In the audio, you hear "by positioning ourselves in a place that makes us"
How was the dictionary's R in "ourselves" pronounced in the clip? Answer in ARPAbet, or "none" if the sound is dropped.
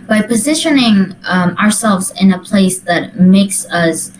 R